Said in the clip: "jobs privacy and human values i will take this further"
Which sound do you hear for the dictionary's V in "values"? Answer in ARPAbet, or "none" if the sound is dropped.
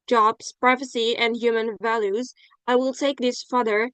V